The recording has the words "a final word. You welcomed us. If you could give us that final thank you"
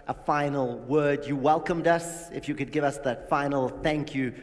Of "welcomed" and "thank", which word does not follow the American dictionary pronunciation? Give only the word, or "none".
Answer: none